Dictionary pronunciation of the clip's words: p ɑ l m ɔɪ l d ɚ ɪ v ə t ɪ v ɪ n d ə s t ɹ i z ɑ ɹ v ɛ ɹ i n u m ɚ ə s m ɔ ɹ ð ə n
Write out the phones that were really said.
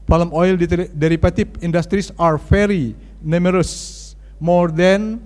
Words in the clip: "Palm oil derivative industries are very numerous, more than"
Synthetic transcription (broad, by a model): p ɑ l m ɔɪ l d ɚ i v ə t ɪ p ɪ n d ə s t ɹ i s ɑ ɹ f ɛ ɹ i n u m ɚ ə s m ɔ ɹ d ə n